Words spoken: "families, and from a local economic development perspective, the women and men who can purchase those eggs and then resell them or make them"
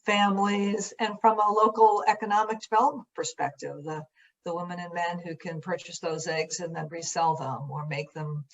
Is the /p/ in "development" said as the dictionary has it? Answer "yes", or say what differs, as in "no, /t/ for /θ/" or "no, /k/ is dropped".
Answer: no, /p/ is dropped